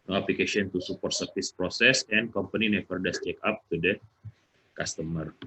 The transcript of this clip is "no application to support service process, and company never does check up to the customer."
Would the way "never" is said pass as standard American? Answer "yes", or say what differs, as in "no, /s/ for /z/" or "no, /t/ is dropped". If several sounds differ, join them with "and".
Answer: no, /p/ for /v/